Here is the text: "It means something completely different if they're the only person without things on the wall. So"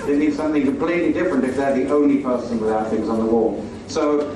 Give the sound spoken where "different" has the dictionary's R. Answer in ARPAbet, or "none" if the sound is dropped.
R